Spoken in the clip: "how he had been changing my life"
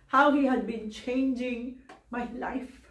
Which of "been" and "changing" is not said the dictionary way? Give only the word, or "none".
none